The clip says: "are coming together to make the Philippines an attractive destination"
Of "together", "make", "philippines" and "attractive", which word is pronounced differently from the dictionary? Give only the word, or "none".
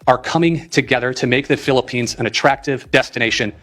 none